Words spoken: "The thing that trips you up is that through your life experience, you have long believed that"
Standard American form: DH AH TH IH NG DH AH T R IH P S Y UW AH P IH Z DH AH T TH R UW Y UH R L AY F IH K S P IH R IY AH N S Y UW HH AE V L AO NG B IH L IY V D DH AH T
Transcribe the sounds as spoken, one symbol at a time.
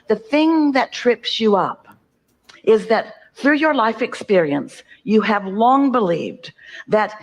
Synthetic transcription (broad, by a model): DH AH TH IH NG DH AH T R IH P S Y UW AH P IH Z DH AH T TH R UW Y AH R L AY F IH K S P IH R IY AH N S Y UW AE V L AO NG B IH L IY V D DH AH T